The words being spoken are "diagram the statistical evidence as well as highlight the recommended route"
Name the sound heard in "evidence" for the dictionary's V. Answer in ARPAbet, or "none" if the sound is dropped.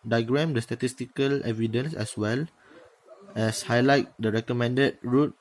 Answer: V